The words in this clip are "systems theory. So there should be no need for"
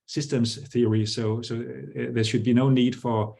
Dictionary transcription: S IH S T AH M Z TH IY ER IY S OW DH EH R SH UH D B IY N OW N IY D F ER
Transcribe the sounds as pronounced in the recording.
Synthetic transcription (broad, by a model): S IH S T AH M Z TH IY ER IY S OW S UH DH SH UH D B IY N OW N IY D F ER